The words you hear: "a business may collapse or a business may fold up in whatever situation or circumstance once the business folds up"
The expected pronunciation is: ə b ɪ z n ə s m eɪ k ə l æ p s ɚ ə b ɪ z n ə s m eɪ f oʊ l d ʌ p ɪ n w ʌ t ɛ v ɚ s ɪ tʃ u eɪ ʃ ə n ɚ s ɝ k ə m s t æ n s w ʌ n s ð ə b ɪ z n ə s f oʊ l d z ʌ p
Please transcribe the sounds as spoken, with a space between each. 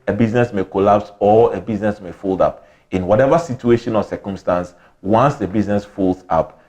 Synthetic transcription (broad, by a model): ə b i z n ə s m eɪ k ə l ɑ p s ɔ ə b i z n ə s m eɪ f oʊ l d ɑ p ɪ n w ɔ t ɛ v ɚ s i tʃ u eɪ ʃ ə n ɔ s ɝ k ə m s t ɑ n s w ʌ n s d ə b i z n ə s f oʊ l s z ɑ p